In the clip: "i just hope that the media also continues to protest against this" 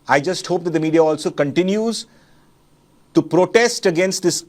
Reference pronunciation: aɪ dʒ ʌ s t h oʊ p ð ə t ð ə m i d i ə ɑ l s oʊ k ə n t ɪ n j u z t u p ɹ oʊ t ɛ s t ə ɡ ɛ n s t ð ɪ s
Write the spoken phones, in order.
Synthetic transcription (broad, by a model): aɪ dʒ ʌ s t h oʊ p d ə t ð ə m i d i ə ɑ l s oʊ k ə n t ɪ n j u z t u p ɹ oʊ t ɛ s t ə ɡ ɛ n s t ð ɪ s